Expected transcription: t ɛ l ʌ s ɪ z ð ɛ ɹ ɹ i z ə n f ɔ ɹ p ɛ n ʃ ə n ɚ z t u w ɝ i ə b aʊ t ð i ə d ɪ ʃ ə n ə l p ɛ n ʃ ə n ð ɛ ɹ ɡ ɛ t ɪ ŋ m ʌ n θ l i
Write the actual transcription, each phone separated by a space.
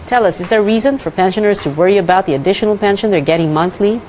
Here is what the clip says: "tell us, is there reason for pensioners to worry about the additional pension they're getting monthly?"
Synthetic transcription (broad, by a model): t ɛ l ʌ s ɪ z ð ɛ ɹ ɹ i z ə n f ɔ ɹ p ɛ n ʃ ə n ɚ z t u w ɝ i ə b aʊ t ð i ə d ɪ ʃ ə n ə l p ɛ n ʃ ə n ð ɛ ɹ ɡ ɛ t ɪ ŋ m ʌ n θ l i